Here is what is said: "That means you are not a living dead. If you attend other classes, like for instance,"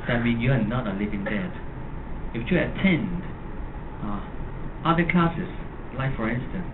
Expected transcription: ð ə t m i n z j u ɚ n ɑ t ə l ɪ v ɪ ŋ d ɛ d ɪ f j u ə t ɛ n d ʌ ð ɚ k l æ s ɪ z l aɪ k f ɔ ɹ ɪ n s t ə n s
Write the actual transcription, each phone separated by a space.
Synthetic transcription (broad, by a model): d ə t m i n j u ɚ n ɑ t ə l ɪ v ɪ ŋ d ɛ d ɪ f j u ə t ɛ n d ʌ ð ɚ k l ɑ s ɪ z l aɪ f ɔ ɹ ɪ n s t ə n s